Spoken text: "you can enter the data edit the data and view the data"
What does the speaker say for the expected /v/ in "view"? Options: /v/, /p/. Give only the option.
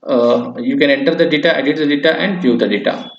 /p/